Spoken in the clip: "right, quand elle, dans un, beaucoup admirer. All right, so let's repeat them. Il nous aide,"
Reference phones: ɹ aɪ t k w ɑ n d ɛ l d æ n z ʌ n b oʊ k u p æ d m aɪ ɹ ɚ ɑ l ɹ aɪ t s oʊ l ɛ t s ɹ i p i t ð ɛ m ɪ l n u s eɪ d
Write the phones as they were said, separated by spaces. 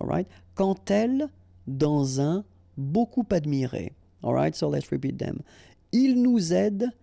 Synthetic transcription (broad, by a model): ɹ aɪ t k ɑ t ɛ l d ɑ z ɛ b oʊ k u p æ d m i ɹ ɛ ɑ l ɹ aɪ t s oʊ l ɛ t s ɹ i p i t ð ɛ m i l n u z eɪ d